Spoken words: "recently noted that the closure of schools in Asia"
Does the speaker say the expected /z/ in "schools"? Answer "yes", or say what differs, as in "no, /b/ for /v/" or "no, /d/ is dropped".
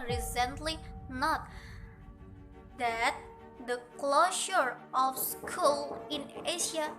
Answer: no, /z/ is dropped